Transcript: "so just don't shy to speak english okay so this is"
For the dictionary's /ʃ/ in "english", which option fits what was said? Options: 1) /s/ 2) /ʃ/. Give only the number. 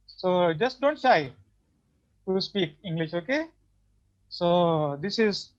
2